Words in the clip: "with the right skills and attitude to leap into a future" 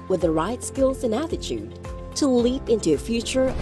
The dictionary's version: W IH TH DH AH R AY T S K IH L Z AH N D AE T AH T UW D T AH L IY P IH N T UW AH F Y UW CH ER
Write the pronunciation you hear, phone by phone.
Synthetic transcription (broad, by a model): W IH DH AH R AY T S K IH L Z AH N AE T AH T UW D T AH L IY P IH N T UW AH F Y UW CH ER